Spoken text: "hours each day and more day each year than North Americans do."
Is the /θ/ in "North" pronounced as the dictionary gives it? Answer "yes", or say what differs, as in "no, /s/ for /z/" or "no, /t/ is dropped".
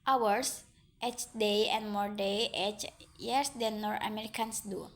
no, /t/ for /θ/